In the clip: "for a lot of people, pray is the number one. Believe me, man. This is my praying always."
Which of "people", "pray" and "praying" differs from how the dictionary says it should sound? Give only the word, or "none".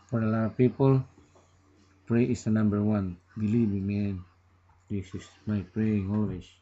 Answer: none